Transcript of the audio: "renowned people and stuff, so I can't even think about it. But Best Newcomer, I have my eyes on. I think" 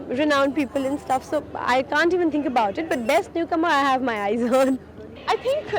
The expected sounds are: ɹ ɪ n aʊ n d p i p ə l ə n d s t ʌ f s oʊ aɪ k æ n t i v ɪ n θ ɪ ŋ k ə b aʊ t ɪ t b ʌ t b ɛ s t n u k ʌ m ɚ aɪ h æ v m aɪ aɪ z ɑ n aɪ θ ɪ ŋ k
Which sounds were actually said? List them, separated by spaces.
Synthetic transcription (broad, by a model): ɹ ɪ n aʊ n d p i p ə l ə n s t ʌ f s oʊ aɪ k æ n t i v ɪ n t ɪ ŋ k ə b aʊ t ɪ t b ʌ t b ɛ s t n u k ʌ m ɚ aɪ h æ v m aɪ aɪ z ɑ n aɪ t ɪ ŋ k